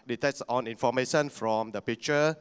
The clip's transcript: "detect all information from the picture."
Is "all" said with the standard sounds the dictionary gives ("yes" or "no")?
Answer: no